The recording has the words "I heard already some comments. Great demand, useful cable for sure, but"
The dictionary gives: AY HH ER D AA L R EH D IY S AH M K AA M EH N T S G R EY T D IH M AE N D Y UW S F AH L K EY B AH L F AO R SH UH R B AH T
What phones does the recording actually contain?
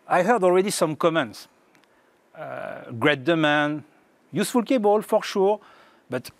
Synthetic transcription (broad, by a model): AY HH ER D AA L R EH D IY S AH M K AA M EH N T S G R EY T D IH M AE N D Y UW S F AH L K EY B AH L F AO R SH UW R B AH T